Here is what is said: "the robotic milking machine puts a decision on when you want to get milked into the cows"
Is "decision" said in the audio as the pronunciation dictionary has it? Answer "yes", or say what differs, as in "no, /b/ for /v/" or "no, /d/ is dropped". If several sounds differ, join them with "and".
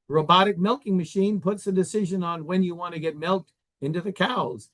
yes